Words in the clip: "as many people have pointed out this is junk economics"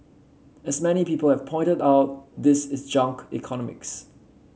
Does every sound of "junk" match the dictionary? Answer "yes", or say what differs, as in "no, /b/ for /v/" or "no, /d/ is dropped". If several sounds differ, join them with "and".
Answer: yes